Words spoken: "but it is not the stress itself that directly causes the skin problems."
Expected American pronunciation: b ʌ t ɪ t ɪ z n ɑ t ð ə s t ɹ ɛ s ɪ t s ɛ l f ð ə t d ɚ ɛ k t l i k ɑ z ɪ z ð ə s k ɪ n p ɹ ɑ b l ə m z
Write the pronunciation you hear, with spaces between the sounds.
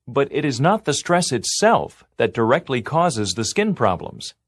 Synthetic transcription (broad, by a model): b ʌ t ɪ t ɪ z n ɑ t ð ə s t ɹ ɛ s ɪ t s ɛ l f ð ə t d ɚ ɛ k t l i k ɑ z ɪ z ð ə s k ɪ n p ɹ ɑ b l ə m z